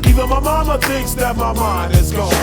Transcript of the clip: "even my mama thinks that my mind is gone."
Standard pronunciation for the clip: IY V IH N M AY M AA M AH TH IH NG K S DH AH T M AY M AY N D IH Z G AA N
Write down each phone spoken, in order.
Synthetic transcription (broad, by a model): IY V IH M AY M AA M AH TH IH NG K S DH AH T M AY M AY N IH Z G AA